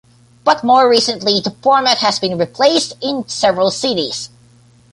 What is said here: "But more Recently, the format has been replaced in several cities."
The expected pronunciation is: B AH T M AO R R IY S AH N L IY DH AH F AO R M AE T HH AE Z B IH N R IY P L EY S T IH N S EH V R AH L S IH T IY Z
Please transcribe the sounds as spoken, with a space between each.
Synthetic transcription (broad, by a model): B AH T M AO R R IY S AH N L IY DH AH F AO R M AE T HH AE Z B IH N R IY P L EY S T IH N S EH V R AH L S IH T IY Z